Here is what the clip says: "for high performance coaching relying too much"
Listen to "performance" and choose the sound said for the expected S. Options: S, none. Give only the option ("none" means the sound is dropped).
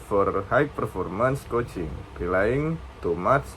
S